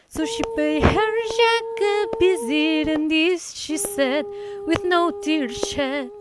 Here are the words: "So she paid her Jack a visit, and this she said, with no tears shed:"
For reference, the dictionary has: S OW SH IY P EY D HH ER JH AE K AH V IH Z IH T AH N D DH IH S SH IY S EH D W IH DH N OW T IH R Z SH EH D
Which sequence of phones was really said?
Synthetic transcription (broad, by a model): S OW SH IY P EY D HH ER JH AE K AH B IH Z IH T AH N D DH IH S SH IY S EH D W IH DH N OW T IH R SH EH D